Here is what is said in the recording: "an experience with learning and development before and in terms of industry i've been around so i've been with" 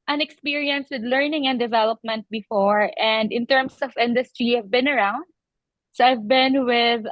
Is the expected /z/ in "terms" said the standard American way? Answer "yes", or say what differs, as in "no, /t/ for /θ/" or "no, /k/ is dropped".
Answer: no, /s/ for /z/